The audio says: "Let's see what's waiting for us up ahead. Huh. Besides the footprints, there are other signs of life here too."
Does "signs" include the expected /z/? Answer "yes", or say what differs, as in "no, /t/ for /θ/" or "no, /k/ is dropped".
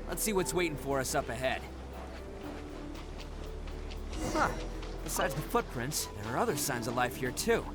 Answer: yes